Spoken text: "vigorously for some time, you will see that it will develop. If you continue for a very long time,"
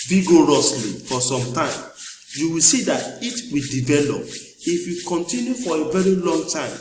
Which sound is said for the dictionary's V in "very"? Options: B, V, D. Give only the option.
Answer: V